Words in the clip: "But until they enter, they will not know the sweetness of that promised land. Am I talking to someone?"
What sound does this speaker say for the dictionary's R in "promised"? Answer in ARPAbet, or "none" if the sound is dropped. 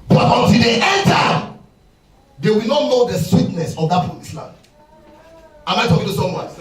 none